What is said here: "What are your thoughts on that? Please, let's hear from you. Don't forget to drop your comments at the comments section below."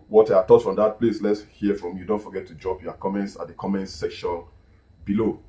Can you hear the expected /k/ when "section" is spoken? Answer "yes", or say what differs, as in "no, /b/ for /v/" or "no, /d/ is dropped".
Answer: yes